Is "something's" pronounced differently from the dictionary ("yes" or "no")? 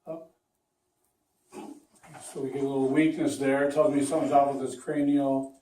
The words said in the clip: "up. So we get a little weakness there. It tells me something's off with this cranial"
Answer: yes